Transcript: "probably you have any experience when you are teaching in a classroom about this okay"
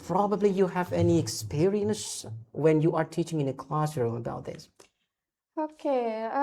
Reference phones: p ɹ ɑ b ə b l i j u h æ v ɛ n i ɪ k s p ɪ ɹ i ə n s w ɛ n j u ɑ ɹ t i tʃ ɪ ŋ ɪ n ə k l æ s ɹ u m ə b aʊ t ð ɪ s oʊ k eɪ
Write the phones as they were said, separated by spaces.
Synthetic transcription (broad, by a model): p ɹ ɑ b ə b l i j u h æ v ɛ n i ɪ k s p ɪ ɹ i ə n s w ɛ n j u ɑ ɹ t i tʃ ɪ ŋ ɪ n ə k l æ s ɹ u m ə b aʊ t ð ɪ s oʊ k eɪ